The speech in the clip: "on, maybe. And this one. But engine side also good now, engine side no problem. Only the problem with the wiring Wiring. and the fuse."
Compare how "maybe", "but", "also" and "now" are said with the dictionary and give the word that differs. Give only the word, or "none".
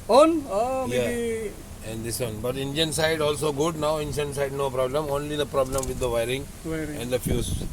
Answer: maybe